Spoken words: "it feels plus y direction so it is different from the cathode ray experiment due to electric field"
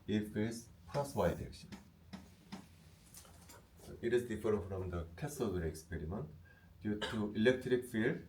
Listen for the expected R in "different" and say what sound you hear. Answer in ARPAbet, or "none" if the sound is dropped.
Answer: none